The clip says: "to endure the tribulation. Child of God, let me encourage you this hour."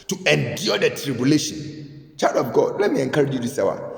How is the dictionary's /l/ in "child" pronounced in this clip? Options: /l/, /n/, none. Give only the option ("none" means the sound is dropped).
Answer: none